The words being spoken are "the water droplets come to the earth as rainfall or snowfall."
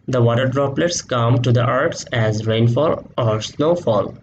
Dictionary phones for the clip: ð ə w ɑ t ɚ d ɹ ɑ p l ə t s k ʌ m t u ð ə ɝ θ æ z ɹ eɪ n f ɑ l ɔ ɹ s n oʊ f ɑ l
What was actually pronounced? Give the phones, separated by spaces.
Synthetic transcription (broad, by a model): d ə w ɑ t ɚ d ɹ ɑ p l ə t s k ʌ m t u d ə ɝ s æ z ɹ eɪ n f ɑ l ɔ ɹ s n oʊ f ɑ l